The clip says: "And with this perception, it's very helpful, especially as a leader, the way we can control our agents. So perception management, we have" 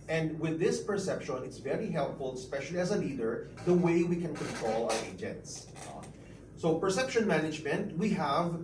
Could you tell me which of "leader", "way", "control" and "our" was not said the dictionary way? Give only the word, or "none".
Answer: leader